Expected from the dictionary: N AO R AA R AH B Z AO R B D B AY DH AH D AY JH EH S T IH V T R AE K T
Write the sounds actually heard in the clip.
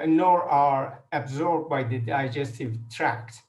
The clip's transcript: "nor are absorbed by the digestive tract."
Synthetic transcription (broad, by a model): N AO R AA R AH B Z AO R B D B AY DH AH D AY JH EH S T IH V T R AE K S